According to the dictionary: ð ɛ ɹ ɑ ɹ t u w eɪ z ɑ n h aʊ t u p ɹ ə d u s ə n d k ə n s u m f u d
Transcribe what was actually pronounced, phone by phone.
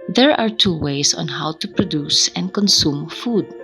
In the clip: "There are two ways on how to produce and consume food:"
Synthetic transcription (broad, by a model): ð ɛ ɹ ɑ ɹ t u w eɪ s ɑ n h aʊ t u p ɹ ə d u s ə n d k ə n s u m f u d